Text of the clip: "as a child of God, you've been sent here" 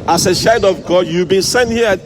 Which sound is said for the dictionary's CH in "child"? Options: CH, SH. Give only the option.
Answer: SH